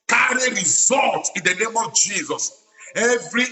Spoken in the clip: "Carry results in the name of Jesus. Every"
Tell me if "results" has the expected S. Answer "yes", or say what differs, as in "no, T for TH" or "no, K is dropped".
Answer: no, S is dropped